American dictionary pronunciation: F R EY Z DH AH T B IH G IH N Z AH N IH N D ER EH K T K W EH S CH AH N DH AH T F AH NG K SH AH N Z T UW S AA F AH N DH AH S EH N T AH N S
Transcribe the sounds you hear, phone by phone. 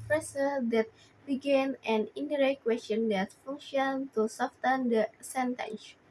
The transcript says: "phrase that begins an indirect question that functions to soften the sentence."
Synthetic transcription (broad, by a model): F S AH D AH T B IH G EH N AH N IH N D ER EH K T K W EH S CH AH N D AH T F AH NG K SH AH N T UW S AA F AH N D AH S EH N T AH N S